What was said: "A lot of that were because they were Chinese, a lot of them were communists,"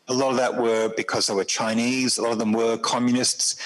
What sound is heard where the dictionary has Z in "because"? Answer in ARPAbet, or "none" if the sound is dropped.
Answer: Z